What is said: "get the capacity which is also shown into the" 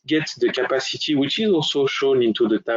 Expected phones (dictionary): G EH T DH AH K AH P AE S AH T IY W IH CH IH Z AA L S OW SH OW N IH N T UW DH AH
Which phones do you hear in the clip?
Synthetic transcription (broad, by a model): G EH T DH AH K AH P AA S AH T IY W IH CH IH Z AA L S OW SH OW N IH N T UW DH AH